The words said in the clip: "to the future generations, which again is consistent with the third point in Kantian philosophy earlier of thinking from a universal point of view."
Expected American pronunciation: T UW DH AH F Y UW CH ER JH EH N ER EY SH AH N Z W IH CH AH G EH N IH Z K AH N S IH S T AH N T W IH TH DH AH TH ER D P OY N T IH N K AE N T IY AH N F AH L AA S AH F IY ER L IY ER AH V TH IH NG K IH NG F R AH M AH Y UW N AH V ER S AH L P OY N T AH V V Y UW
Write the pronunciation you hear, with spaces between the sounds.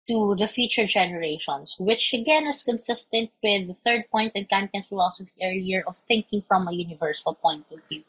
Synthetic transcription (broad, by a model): T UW DH AH F Y UW CH ER JH EH N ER EY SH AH N S W IH CH AH G EH N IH S K AH N S IH S T AH N T W IH DH AH TH ER D P OY N T IH N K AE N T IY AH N F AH L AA S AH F IY ER IY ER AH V TH IH NG K IH NG F R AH M AH Y UW N AH V ER S AH L P OY N T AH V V Y UW